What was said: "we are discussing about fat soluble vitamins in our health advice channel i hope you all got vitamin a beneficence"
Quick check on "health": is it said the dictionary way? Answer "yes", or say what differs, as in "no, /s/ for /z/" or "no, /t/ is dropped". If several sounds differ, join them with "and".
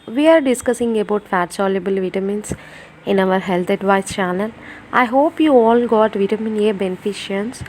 no, /t/ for /θ/